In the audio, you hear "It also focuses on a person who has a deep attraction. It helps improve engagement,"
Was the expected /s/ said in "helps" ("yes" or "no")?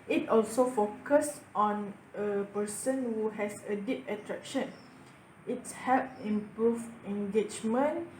no